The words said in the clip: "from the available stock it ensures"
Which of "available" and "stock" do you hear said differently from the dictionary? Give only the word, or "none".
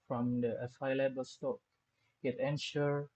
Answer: available